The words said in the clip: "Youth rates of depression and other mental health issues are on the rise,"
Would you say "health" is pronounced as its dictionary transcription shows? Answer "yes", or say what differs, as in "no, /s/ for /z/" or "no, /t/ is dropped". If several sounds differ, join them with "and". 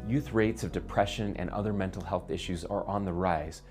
yes